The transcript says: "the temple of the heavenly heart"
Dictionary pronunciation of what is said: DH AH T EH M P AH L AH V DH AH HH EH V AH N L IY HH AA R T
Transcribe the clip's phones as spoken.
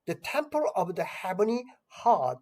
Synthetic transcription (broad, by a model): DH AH T EH M P AH L AH V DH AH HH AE B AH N IY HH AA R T